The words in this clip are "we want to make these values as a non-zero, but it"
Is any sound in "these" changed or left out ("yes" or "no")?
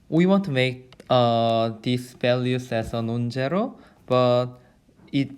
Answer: yes